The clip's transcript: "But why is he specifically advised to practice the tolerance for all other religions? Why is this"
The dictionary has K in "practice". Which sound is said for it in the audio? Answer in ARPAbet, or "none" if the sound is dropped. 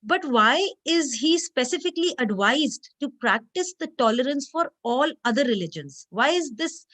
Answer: K